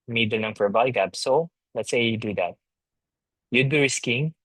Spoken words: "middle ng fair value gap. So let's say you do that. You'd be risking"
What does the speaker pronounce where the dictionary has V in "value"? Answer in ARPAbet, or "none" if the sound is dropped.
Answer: B